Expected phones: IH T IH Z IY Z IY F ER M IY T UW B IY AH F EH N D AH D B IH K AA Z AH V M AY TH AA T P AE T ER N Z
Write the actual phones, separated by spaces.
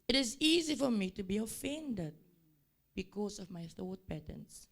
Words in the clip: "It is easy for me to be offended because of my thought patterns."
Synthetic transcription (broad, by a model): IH T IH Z IY Z IY F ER M IY T UW B IY AH F EH N D AH D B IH K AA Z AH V M AY TH AA T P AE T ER N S